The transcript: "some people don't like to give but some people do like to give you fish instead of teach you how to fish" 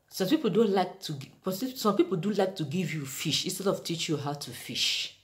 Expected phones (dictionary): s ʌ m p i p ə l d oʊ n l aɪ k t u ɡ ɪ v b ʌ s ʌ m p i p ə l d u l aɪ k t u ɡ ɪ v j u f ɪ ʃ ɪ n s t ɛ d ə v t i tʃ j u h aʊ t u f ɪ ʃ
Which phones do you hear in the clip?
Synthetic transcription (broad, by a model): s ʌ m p i p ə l d oʊ n l aɪ k t u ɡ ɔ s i s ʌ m p i p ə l d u l aɪ k t u ɡ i v j u f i ʃ ɪ n s t ɛ d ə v t i tʃ j u h aʊ t u f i ʃ